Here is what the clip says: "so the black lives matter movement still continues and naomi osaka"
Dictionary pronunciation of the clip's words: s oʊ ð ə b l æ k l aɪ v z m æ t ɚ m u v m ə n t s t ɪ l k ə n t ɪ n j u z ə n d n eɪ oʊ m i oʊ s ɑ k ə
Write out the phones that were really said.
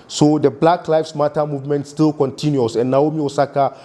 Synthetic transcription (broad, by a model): s oʊ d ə b l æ k l aɪ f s m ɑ t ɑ m u v m ə n t s t ɪ l k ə n t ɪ n j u s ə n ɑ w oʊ m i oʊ s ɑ k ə